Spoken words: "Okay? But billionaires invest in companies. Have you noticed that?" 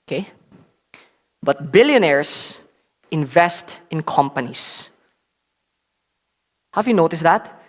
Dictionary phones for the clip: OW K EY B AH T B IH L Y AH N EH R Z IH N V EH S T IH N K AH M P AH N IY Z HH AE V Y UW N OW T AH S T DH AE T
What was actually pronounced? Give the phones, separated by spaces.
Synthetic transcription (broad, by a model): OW K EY B AH T B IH L Y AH N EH R S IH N V EH S T IH N K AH M P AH N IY S HH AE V Y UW N OW T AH S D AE T